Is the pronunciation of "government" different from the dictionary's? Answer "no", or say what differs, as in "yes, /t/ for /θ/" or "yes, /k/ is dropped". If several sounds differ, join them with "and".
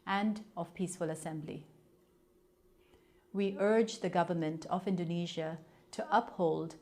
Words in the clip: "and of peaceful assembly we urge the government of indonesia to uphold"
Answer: no